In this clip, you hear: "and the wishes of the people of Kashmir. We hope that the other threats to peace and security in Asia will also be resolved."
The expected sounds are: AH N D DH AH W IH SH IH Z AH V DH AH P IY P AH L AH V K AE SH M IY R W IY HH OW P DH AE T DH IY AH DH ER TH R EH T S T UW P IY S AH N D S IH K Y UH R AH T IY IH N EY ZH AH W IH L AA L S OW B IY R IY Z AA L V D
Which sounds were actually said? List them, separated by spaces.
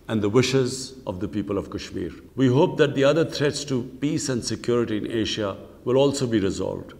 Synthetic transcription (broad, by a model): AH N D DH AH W IH SH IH Z AH V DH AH P IY P AH L AH V K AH SH M IY R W IY HH OW P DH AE T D IY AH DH ER T R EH T S T UW P IY S AH N D S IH K Y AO R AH T IY IH N EY SH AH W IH L AA L S OW B IY R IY Z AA L V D